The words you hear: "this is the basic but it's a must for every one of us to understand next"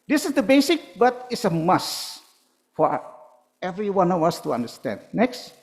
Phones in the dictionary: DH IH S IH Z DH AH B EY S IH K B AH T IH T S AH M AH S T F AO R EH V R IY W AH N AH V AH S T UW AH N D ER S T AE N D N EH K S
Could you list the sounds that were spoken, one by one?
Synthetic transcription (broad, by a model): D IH S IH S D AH B EY S IH K B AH T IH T S AH M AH S F AO R EH V R IY W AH N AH W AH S T UW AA N D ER S T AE N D N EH K S